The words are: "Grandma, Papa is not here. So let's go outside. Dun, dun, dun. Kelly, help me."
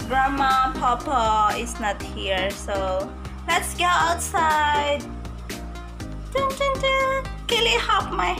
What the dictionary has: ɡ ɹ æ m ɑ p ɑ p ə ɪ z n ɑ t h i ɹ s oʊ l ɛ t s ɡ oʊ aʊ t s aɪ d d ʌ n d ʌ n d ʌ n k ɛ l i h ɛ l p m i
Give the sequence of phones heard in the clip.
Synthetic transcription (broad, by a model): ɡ ɹ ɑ m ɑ p ɑ p ə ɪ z n ɑ t h i ɹ s oʊ l ɛ t s ɡ oʊ aʊ t s aɪ d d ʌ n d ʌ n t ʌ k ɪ l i h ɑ p m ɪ